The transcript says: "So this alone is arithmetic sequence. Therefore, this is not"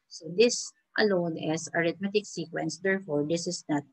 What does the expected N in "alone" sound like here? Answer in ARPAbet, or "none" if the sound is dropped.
N